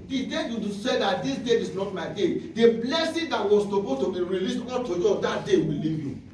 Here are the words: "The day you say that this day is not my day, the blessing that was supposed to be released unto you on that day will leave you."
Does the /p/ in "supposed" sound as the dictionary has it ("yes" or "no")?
no